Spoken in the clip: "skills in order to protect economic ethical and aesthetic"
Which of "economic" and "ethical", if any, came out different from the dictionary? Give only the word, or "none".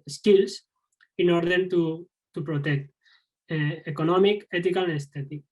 ethical